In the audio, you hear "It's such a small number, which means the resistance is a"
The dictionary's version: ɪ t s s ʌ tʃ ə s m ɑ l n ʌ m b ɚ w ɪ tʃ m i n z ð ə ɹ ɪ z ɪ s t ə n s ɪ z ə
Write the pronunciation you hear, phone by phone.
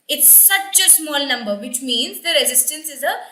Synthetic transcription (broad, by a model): ɪ t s s ʌ tʃ ə s m ɑ l n ʌ m b ɚ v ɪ tʃ m i n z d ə ɹ ɪ z ɪ s t ə n s ɪ z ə